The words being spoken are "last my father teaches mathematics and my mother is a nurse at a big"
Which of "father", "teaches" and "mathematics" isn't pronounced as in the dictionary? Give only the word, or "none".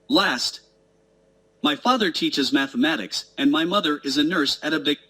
none